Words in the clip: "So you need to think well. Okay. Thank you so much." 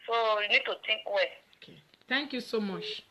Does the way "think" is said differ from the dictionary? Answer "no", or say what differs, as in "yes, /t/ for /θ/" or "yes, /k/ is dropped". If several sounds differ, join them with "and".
yes, /t/ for /θ/